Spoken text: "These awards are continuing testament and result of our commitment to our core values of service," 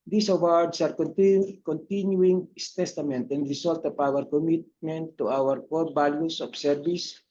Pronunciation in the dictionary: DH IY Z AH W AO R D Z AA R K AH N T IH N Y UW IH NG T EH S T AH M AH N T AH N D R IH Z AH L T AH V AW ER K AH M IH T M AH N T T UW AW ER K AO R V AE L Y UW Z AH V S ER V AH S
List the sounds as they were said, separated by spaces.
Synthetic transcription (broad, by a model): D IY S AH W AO R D S AA R K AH N T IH N Y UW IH NG T EH S T AH M AH N T AH N D R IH S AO L T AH P AW ER K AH M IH T M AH N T T UW AW ER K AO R B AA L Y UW S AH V S ER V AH S